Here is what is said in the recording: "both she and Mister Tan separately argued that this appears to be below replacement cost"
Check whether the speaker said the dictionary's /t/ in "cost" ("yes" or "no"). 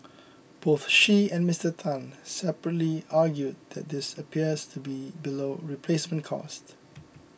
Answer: yes